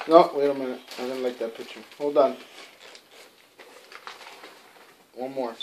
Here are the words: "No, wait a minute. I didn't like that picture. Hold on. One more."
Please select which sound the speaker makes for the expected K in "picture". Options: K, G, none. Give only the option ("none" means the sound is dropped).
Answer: none